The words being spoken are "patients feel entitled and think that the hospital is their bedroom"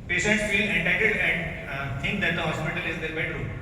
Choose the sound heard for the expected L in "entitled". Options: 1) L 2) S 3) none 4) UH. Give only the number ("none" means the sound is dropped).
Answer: 3